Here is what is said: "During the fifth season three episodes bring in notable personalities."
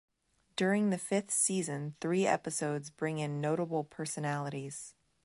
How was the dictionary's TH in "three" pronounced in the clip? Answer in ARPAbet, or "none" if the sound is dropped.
TH